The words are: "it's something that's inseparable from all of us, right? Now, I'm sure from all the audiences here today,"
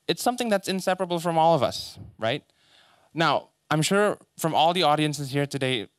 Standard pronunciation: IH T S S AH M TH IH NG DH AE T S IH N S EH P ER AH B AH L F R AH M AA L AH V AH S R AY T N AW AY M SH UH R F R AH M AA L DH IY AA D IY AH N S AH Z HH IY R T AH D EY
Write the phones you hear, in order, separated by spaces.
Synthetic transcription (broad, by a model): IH T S S AH M TH IH NG DH AE T S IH N S EH P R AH B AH L F R AH M AA L AH V AH S R AY T N AW AY M SH UH R F R AH M AA L DH IY AA D IY AH N S AH Z HH IY R T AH D EY